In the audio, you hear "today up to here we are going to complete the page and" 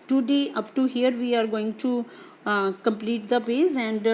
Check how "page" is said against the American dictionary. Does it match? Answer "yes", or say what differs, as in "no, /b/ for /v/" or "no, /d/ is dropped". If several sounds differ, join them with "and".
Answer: no, /z/ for /dʒ/